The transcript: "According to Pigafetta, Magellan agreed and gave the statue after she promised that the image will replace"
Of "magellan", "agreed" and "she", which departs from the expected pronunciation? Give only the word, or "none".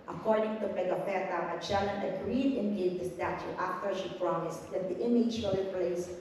magellan